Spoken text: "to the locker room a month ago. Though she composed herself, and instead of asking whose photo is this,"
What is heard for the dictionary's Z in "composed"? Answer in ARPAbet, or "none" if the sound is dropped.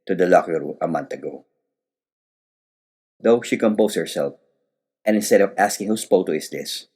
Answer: S